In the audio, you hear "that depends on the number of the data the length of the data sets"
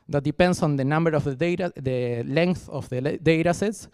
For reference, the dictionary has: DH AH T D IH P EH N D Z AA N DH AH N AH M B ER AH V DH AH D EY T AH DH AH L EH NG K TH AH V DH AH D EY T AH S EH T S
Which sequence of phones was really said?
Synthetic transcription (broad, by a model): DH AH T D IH P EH N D S AA N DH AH N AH M B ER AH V DH AH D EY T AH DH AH L EH NG K TH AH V DH AH D EY T AH S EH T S